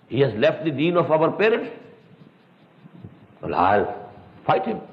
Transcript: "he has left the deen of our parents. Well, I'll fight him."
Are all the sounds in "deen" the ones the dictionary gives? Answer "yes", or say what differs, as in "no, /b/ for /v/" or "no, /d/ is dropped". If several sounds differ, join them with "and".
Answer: yes